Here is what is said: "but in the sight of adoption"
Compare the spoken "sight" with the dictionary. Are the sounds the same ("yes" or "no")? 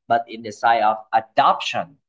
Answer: no